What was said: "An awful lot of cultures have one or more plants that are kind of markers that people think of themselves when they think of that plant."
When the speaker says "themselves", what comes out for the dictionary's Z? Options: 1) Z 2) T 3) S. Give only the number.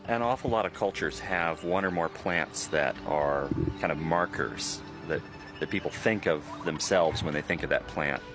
1